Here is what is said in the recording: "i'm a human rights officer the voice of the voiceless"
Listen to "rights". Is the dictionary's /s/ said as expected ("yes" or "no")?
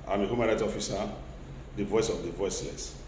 no